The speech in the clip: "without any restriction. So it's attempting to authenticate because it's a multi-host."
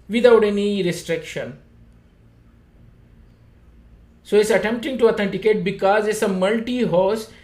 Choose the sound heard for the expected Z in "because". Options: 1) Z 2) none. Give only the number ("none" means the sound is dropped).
1